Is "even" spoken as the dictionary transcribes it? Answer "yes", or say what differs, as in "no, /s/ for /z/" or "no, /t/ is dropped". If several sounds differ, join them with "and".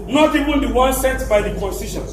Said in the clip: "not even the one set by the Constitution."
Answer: no, /w/ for /v/